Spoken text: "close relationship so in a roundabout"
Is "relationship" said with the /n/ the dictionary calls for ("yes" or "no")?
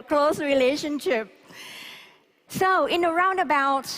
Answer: yes